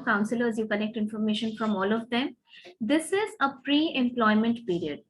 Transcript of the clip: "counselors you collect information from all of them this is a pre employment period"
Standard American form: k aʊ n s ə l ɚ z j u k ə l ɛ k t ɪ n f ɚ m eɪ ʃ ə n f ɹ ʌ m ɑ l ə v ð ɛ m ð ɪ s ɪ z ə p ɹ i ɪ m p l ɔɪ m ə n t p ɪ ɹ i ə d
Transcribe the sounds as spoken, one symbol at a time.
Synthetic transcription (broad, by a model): k aʊ n s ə l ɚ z j u k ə n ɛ k t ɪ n f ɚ m eɪ ʃ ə n f ɹ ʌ m ɑ l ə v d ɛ m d ɪ s ɪ z ə p ɹ i ɪ m p l ɔɪ m ə n t p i ɹ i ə d